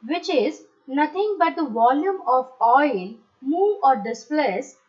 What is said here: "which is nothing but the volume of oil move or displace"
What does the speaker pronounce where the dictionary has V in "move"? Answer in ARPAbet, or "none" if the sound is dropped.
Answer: none